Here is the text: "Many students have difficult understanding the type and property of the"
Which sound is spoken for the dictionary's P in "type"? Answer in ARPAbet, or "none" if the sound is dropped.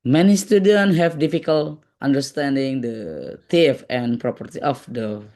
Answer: F